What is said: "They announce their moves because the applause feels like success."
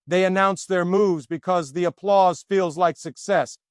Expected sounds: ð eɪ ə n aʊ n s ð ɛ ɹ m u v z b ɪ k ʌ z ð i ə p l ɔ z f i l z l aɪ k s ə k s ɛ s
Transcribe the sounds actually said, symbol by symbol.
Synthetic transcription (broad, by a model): ð eɪ ə n aʊ n s ð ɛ ɹ m u v z b ɪ k ʌ z ð i ə p l ɔ z f i l z l aɪ k s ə k s ɛ s